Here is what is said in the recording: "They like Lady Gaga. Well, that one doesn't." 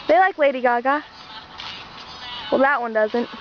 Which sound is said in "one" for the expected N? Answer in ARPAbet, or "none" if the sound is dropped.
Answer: N